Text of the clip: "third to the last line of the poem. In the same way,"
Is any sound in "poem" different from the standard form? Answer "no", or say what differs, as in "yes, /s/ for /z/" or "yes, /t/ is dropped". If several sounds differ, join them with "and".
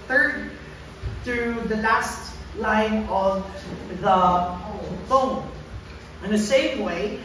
yes, /f/ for /p/